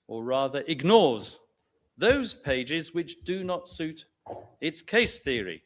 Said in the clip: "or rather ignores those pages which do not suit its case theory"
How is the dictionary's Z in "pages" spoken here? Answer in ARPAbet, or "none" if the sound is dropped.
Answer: Z